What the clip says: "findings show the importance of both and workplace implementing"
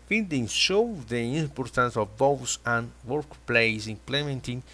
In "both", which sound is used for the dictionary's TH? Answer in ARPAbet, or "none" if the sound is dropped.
S